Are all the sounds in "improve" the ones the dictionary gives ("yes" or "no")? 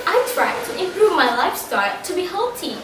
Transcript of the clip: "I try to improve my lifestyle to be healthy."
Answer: yes